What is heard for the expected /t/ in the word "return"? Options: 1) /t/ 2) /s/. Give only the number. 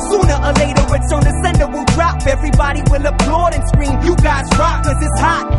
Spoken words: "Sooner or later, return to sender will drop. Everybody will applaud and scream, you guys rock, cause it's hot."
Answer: 2